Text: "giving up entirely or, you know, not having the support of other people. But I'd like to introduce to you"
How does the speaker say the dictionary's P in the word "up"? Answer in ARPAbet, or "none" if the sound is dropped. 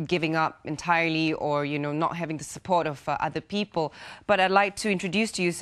P